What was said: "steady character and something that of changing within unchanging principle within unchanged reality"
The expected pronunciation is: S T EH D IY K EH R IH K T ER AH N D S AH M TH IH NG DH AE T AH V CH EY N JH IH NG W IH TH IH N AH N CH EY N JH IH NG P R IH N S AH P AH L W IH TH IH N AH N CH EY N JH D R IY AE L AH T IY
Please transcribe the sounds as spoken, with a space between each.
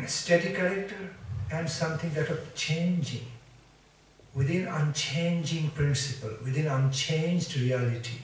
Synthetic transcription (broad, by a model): S T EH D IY K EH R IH K T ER AH N D S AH M T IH NG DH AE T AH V CH EY N JH IH NG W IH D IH N AH N CH EY N JH IH NG P R IH N S AH P AH L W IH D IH N AH N CH EY N JH D R IY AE L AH T IY